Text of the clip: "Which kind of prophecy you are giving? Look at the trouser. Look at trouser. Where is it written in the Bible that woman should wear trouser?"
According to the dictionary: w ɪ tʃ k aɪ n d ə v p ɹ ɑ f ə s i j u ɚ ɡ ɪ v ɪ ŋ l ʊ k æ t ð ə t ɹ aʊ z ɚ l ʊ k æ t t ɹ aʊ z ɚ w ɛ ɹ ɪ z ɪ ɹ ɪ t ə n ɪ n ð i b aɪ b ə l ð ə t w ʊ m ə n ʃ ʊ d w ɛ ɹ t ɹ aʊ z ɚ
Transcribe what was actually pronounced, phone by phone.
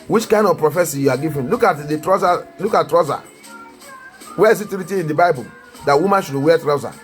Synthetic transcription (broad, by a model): w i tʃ k aɪ n d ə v p ɹ ɑ f ə s i j u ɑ ɡ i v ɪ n l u k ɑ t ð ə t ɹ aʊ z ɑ l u k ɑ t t ɹ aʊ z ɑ w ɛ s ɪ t ɪ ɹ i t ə ɪ n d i b aɪ b ə l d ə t w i m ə n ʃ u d w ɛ t ɹ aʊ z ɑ